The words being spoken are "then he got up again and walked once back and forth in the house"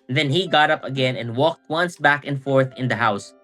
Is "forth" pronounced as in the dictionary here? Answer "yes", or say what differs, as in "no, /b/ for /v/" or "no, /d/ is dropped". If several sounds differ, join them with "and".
yes